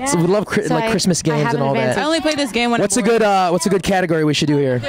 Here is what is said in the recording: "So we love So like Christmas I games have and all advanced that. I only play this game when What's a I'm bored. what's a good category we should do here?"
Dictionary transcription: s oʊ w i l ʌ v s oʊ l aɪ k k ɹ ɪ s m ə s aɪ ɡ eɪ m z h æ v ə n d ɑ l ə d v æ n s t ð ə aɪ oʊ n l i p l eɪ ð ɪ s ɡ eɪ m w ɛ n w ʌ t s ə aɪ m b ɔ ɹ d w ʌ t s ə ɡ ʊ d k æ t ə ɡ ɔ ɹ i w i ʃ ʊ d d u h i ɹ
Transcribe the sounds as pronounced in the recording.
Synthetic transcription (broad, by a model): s w i l ʌ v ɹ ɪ l aɪ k k ɹ ɪ s m ə s ɡ eɪ m z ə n ɑ l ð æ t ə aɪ oʊ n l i p l eɪ ð ɪ s ɡ eɪ m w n w ʌ t s ə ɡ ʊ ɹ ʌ w ʌ t s ə ɡ ʊ d k æ t ə ɡ ɔ ɹ i w i ʃ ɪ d d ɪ h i ɹ